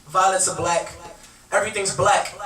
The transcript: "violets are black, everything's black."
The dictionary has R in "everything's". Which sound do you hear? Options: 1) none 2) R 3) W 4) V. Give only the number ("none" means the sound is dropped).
2